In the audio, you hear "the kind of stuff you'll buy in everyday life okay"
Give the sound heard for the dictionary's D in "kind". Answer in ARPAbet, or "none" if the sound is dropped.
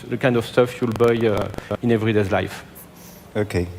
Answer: D